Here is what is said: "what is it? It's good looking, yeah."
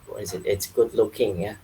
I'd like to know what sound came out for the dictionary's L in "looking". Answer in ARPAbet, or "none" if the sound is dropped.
L